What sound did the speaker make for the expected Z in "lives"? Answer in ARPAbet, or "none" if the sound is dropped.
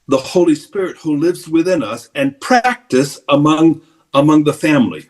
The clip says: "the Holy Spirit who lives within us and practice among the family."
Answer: Z